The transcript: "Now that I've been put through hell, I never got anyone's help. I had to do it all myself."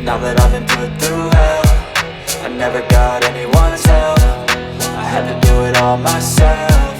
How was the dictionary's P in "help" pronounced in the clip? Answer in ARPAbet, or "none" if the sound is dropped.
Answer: F